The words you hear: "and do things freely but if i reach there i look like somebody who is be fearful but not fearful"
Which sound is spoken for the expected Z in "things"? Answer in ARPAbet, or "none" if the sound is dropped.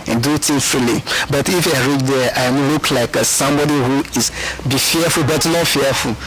none